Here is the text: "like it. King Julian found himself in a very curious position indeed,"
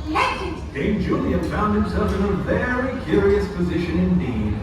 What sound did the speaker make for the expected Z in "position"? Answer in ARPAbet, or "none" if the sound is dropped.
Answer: Z